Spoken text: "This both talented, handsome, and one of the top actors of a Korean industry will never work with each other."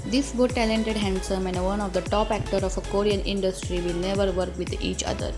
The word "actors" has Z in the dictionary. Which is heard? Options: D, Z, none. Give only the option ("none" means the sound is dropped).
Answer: none